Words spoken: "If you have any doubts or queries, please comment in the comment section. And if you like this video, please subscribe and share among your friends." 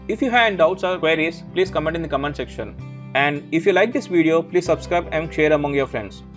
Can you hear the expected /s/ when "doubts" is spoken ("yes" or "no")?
yes